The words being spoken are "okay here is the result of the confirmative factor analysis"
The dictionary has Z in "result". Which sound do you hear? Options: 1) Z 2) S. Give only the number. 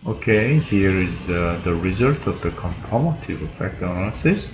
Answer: 1